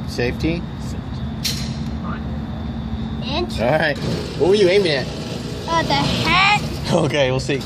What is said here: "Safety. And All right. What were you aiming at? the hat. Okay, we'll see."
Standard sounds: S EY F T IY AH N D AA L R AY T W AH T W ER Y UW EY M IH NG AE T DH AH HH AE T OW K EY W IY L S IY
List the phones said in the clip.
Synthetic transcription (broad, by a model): S EY F T IY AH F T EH N R AY T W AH W ER Y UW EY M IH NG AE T DH AH HH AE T OW K EY W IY L S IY